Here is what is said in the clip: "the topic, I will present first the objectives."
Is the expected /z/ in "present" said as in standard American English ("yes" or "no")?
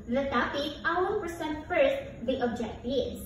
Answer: no